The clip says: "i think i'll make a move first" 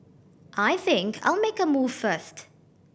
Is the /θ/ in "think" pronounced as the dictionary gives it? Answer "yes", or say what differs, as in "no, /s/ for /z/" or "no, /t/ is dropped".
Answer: yes